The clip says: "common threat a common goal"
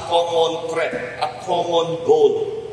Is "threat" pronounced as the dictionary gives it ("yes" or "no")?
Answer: no